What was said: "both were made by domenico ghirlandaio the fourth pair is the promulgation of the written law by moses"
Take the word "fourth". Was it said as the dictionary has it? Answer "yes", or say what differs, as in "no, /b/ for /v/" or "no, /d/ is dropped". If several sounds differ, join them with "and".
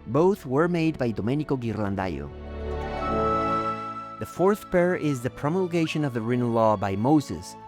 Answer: yes